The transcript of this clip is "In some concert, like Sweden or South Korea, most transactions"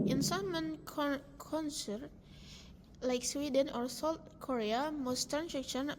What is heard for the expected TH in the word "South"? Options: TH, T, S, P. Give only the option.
T